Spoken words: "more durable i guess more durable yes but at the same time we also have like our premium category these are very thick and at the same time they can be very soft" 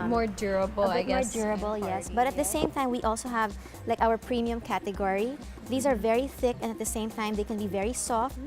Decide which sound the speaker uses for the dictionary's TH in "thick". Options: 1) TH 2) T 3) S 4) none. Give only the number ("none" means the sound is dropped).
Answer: 1